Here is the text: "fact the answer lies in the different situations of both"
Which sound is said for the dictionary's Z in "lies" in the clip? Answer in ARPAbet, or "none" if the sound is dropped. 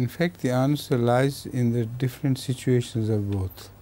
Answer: Z